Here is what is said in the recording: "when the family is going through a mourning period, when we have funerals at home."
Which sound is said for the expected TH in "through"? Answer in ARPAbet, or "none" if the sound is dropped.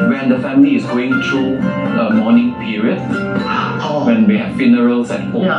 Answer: T